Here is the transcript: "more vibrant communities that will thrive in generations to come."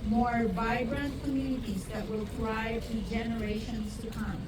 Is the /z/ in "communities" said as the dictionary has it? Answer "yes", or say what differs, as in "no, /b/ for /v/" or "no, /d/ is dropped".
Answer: yes